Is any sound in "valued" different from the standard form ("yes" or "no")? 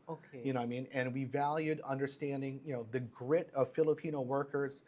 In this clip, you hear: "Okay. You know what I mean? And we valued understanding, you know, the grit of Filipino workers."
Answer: no